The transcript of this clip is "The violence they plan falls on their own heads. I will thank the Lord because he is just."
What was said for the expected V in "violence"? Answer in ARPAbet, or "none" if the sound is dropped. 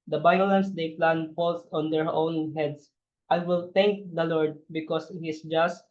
B